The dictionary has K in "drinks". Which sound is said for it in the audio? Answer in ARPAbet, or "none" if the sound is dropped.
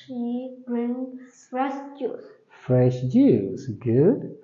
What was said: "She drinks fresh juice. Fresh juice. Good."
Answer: none